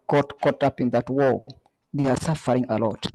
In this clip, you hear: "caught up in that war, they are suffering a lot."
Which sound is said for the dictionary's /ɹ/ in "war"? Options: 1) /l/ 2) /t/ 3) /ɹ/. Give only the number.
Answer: 1